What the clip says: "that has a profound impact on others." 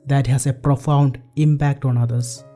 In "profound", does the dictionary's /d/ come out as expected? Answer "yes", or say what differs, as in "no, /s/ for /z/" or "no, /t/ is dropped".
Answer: yes